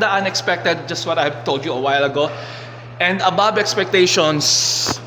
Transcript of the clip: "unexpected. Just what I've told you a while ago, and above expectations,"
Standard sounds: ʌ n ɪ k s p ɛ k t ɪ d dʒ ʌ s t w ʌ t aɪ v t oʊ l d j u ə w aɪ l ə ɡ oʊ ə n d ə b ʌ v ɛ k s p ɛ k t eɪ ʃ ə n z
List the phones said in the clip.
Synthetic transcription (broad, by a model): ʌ n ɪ k s p ɛ k t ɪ d dʒ ʌ s t w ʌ t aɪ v t oʊ l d j u ə w aɪ l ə ɡ oʊ ə n d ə b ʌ b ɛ k s p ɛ k t eɪ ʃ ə n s